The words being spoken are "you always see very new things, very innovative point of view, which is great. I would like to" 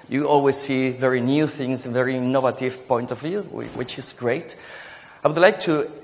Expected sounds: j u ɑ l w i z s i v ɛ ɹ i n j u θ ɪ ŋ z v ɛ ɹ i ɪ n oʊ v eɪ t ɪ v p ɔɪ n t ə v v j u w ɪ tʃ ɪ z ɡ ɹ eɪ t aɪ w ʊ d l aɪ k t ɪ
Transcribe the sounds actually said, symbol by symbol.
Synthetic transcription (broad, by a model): j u ɑ l w i z s i v ɛ ɹ i n j u θ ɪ ŋ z v ɛ ɹ i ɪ n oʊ v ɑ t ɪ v p ɔɪ n t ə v v j u w ɪ tʃ ɪ z ɡ ɹ eɪ t aɪ w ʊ d l aɪ k t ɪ